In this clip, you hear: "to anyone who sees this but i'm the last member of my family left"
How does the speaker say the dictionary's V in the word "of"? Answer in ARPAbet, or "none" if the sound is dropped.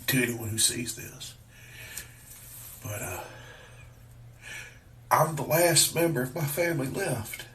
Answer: V